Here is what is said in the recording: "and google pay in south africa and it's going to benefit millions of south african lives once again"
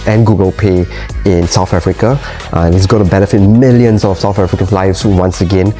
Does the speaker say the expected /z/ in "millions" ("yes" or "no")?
no